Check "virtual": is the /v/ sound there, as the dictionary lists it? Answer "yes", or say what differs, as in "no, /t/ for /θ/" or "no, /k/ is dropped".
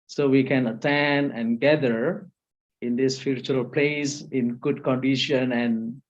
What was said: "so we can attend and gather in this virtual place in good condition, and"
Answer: no, /f/ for /v/